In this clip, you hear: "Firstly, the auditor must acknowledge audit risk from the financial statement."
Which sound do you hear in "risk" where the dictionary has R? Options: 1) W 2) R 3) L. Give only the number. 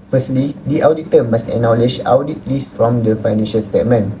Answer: 3